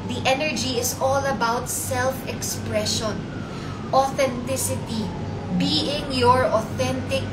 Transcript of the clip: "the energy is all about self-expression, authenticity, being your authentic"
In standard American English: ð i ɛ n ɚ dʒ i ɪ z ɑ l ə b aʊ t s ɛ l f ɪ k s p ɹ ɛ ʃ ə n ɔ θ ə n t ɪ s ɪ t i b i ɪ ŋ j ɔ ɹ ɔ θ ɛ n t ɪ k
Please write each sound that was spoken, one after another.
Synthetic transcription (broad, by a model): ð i ɛ n ɚ dʒ i ɪ s ɑ l ə b aʊ t s ɛ l f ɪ k s p ɹ ɛ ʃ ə n ɔ θ ə n t ɪ s ɪ t i b i ɪ ŋ j ɔ ɹ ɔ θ ɛ n t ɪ k